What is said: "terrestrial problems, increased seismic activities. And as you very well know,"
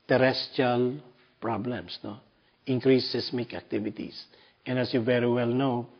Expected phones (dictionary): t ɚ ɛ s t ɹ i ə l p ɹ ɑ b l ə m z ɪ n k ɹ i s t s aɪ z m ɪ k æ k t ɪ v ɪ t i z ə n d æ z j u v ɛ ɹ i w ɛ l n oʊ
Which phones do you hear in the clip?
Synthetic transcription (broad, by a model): t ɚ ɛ s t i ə l p ɹ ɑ b l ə m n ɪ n k ɹ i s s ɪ s m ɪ k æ k t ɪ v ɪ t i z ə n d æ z j u v ɛ ɹ i w ɛ l n oʊ